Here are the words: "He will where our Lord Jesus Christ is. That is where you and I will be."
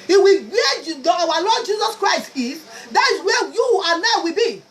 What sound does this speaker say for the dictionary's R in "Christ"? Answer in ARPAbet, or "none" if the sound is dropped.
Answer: R